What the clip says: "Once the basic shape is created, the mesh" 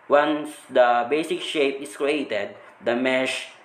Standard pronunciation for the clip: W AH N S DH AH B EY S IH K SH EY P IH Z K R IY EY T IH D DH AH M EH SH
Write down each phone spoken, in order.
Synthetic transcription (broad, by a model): W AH N S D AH B EY S IH K SH EY P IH S K R IY EY T IH D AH M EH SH